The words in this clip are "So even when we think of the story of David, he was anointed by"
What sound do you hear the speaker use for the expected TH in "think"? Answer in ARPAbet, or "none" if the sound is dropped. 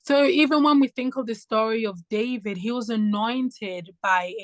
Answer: TH